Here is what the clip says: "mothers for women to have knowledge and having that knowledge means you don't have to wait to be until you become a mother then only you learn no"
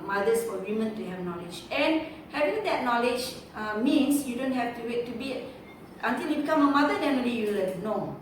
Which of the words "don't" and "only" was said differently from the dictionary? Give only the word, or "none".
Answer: only